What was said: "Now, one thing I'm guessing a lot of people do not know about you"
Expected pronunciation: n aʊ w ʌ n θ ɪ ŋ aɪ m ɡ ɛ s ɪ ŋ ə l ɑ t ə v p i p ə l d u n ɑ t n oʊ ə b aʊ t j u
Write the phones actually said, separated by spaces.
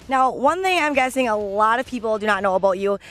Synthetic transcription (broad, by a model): n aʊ w ʌ n θ ɪ ŋ aɪ m ɡ ɛ s ɪ ŋ ə l ɑ t ə v p i p l d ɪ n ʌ t n oʊ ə b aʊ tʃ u